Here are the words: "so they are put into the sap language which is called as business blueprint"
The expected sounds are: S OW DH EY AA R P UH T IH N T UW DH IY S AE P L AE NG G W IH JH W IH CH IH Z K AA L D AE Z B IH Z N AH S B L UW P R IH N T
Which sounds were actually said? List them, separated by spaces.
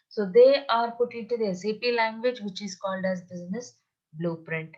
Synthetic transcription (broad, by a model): S OW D EY AA R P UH T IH T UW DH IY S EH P L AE NG G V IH JH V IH CH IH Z K AA L D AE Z B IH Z N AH S B L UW P R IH N T